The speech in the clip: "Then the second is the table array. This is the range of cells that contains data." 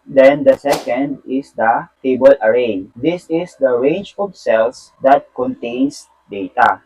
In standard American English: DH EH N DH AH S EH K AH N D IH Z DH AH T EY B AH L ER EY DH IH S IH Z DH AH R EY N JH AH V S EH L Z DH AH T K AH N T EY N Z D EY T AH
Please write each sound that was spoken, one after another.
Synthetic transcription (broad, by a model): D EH N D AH S EH K AH N D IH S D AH T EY B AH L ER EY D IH S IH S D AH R EY JH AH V S EH L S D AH T K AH N T EY N S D EY T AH